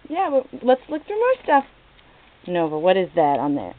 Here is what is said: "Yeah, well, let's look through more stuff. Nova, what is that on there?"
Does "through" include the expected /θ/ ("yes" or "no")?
no